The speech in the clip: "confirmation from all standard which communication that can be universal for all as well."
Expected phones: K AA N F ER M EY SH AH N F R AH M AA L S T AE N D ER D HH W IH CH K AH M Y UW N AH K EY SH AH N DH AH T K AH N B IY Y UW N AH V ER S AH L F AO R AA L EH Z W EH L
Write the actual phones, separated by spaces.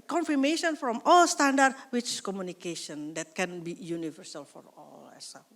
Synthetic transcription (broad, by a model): K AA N F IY M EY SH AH N F R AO M AA L S T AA N D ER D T W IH S K AH M Y UW N AH K EY SH AH N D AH T K AH N B IY Y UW N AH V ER S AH L F AO R AA L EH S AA